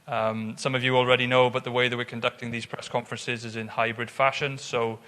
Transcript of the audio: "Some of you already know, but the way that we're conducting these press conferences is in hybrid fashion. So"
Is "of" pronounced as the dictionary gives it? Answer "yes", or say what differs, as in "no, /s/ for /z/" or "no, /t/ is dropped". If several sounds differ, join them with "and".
yes